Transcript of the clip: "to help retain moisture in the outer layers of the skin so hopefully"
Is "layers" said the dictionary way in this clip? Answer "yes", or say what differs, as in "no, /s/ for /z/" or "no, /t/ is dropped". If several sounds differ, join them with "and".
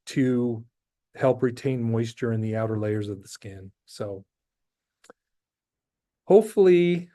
yes